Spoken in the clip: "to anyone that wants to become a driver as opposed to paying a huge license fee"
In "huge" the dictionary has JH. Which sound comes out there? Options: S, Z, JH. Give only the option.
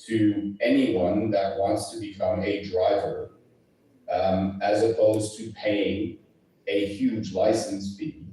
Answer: JH